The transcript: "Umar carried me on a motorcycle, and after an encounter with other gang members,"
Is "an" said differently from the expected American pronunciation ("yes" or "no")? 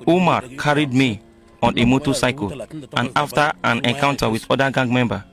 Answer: no